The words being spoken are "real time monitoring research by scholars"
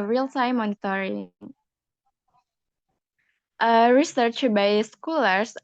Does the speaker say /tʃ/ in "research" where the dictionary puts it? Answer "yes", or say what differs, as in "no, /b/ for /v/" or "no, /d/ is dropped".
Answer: yes